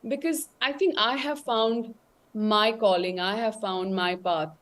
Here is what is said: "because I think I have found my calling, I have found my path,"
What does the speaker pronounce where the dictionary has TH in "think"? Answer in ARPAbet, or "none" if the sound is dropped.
T